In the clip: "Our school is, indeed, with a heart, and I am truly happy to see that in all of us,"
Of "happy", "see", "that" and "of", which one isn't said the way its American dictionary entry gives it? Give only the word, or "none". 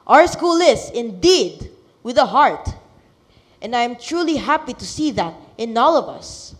none